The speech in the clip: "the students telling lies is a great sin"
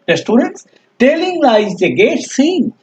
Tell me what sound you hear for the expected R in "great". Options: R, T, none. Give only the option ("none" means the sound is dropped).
none